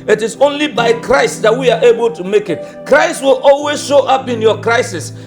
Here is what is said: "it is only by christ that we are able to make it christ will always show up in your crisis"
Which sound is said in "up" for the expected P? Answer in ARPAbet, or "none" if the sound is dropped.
P